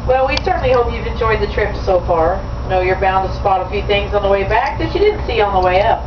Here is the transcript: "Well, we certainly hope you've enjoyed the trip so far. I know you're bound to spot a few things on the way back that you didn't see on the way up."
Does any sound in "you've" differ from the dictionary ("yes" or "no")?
no